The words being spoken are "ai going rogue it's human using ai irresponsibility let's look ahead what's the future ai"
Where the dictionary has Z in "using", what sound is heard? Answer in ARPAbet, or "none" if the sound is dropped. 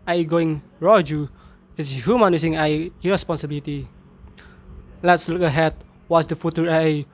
S